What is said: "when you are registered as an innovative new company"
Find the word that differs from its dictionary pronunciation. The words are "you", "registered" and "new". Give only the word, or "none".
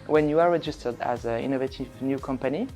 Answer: none